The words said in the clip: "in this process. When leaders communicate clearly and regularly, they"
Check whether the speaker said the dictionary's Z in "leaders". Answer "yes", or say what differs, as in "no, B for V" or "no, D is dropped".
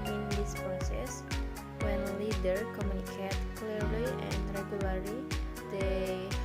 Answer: no, Z is dropped